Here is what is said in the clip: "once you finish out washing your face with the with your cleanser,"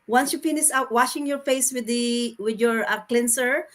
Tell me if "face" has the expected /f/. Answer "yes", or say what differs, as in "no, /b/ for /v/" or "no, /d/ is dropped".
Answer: yes